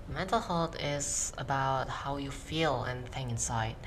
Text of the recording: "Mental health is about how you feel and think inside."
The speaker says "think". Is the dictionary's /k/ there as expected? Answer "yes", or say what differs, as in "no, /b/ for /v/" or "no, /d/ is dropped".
no, /k/ is dropped